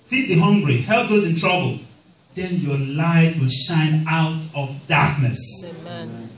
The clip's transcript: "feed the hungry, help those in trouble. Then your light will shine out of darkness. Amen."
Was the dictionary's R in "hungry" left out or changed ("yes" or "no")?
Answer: no